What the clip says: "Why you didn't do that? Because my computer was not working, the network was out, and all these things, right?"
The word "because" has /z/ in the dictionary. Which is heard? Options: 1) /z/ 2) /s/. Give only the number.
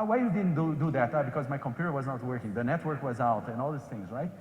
1